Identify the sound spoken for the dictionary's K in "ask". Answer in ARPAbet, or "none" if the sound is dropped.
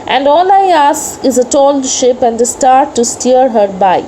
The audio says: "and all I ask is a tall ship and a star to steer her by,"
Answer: none